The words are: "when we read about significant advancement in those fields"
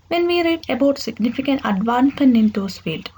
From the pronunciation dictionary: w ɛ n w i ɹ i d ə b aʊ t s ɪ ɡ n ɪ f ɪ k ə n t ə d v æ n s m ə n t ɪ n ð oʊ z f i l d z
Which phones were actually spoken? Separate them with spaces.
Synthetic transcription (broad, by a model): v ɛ n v i ɹ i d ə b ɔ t s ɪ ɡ n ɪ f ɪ k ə n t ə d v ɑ n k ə n ɪ n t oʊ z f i l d